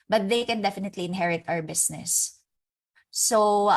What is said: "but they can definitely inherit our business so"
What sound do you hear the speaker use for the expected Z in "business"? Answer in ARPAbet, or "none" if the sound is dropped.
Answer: S